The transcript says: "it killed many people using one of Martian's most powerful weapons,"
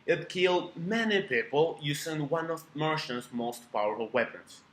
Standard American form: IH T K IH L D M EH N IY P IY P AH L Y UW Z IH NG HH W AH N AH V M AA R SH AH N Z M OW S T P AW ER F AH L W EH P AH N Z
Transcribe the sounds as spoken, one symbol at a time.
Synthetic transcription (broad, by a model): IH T K IH L D M EH N IY P IY P AH L Y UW S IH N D W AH N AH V M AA R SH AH N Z M OW S T P AW ER F AH L W EH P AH N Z